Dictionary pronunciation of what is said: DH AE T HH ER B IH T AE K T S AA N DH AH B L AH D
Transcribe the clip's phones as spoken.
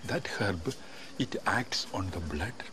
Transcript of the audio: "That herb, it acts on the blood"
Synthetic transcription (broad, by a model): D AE T HH ER B IH T AE K T S AA N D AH B L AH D